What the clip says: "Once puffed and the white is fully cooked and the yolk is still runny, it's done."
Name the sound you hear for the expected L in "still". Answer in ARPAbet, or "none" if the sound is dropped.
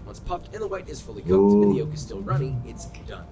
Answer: N